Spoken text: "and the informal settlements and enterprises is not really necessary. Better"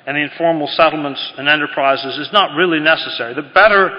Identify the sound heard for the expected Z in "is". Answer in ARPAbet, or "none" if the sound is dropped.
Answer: Z